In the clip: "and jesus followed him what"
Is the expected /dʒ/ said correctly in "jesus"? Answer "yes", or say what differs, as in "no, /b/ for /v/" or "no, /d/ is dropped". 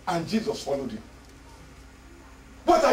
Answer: yes